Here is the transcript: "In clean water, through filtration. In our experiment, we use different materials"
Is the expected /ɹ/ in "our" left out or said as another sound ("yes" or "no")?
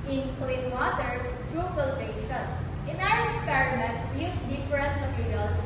yes